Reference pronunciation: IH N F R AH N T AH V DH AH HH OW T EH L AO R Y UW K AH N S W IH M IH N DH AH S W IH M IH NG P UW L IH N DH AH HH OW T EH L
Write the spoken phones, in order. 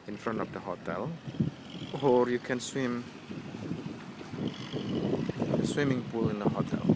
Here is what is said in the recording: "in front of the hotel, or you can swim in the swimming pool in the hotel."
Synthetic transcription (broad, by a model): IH N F R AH N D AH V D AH HH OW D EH L AO R Y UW K AH N S W IH M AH S W IH M IH NG B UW L IH N DH AH HH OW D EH L